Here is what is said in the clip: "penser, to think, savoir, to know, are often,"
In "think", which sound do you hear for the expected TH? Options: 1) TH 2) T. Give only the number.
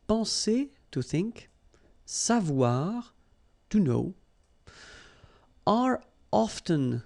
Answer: 1